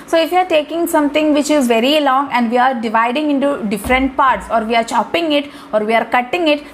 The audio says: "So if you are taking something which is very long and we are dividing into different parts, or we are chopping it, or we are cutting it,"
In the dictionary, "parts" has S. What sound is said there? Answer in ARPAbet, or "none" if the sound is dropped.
S